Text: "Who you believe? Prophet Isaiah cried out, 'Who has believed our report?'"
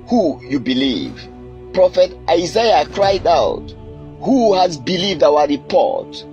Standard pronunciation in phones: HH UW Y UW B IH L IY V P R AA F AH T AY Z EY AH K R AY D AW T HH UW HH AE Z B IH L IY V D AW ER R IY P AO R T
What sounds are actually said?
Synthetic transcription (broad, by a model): HH UW Y UW B IH L IY V P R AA F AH T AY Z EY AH K R AY D AW T HH UW HH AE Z B IH L IY V D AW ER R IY P AO R T